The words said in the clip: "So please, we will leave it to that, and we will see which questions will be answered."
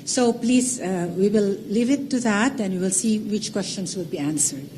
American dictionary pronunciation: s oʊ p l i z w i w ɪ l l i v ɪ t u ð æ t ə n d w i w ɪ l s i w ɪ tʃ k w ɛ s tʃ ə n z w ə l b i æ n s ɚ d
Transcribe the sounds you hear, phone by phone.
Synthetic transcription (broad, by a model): s oʊ p l i z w i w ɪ l l i v ɪ t u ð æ t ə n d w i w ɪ l s i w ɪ tʃ k w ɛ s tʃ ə n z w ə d b i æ n s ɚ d